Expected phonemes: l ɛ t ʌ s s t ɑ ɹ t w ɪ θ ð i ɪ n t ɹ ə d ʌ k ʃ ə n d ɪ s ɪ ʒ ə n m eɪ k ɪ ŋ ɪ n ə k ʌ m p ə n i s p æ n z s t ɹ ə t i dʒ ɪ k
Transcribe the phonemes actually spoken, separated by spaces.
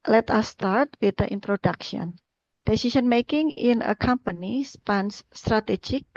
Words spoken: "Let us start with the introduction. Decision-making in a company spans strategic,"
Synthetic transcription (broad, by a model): l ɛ t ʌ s s t ɑ ɹ t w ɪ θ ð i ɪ n t ɹ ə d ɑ k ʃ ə n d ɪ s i s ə n m eɪ k ɪ ŋ ɪ n ə k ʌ m p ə n i s p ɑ n s t ɹ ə t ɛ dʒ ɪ k